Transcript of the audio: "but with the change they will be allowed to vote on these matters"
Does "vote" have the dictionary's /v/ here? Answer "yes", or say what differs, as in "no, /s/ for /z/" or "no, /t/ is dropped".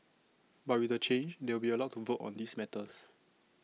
yes